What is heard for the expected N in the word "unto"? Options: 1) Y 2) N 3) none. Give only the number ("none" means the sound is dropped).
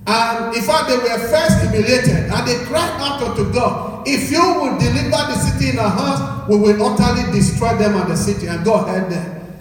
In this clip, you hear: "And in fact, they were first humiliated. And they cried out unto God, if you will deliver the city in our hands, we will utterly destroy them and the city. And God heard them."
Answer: 3